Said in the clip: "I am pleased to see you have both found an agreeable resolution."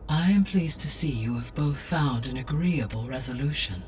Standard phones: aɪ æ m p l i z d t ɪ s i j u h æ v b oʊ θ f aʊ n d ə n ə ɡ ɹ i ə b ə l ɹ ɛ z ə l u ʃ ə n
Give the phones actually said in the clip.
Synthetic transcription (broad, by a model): aɪ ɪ m p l i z t ɪ s i j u v b oʊ θ f aʊ n d ə n ə ɡ ɹ i ə b ə l ɹ ɛ z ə l u ʃ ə n